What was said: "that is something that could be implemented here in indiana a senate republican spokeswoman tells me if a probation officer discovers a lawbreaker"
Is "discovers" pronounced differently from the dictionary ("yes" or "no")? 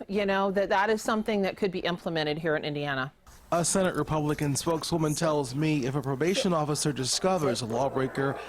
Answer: no